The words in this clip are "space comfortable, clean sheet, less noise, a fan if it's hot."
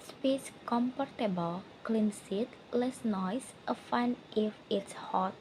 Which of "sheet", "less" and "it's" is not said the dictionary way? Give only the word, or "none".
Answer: sheet